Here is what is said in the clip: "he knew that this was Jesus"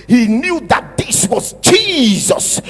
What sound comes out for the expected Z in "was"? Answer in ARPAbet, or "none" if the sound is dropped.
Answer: Z